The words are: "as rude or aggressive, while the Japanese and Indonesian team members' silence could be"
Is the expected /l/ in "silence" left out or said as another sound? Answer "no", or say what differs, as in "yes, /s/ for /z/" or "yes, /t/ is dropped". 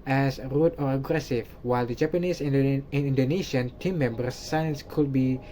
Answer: yes, /l/ is dropped